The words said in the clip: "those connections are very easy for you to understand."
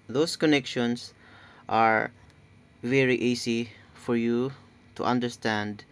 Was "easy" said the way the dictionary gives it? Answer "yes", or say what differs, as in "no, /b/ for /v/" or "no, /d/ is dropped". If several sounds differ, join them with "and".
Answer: no, /s/ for /z/